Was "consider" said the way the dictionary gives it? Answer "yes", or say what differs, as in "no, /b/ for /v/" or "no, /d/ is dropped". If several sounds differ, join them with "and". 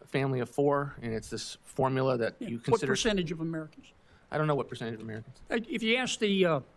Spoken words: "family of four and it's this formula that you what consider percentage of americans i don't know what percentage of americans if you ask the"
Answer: no, /n/ is dropped